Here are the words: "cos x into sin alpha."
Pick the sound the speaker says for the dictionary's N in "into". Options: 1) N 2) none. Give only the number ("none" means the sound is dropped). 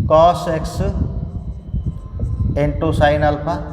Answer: 1